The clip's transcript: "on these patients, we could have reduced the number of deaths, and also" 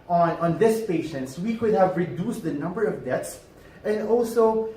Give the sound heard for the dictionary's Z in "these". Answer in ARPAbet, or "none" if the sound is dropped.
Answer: S